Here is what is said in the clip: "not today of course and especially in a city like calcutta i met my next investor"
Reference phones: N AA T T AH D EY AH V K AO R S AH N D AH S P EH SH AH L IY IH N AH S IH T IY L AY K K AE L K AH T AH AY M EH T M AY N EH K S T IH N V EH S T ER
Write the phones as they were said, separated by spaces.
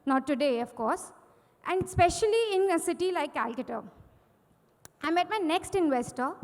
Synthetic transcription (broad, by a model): N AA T T AH D EY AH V K AO R S AH N D S P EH SH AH L IY IH N AH S IH T IY L AY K K AE L K AH T AH AY M EH T M AY N EH K S T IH N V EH S T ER